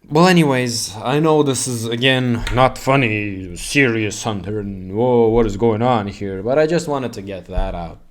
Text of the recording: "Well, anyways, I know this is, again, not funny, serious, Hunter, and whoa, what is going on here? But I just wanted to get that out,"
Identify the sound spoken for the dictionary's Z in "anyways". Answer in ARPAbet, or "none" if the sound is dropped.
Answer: Z